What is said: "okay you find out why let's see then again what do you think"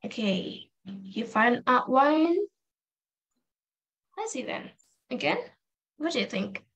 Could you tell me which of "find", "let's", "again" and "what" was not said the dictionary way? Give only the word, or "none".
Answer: let's